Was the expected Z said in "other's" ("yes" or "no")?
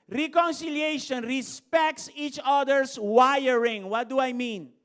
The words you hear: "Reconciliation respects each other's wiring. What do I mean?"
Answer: no